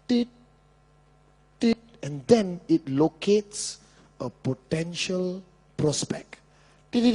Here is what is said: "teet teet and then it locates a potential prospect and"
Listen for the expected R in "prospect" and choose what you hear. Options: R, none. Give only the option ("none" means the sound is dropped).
R